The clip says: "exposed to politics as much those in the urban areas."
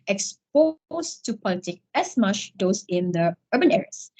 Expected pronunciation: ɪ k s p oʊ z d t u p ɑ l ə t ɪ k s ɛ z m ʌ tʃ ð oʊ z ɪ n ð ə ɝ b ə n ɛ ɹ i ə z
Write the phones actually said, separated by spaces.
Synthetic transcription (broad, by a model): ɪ k s p oʊ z t u p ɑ l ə t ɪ k ɛ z m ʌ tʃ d oʊ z ɪ n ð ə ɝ b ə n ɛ ɹ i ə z